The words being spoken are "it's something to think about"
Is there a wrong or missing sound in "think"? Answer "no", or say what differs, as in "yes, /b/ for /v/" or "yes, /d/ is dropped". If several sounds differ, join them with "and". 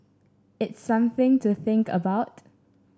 no